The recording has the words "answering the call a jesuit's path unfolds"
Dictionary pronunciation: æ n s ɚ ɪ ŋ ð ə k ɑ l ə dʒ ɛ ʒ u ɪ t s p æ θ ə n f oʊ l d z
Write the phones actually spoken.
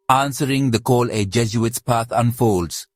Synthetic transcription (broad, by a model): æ n s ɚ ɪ ŋ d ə k ɑ l ə dʒ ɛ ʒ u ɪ t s p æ t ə n f oʊ l d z